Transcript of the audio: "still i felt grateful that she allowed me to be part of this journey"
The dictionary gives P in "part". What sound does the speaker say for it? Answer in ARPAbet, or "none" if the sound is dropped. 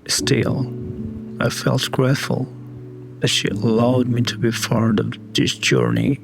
F